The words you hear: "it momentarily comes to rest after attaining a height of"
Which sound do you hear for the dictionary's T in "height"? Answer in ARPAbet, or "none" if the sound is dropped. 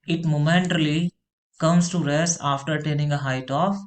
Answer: T